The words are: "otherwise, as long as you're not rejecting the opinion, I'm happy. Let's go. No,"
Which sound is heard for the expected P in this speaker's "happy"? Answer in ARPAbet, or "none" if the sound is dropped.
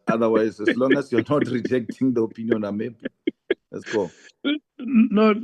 B